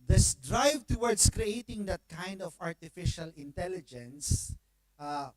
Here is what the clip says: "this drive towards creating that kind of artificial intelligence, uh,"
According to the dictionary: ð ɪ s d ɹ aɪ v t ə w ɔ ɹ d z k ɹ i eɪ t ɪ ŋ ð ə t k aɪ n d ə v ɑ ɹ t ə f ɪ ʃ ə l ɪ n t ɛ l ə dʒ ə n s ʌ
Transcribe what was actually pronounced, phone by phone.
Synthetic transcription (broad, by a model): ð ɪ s d ɹ aɪ v t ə w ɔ ɹ d s k ɹ i eɪ t ɪ ŋ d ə t k aɪ n d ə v ɑ ɹ t ə f ɪ ʃ ə l ɪ n t ɛ l ə dʒ ə n s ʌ